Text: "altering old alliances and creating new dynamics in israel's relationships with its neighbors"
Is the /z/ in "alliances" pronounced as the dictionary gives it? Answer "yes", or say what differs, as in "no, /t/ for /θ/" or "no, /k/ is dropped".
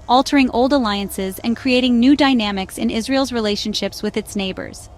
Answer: yes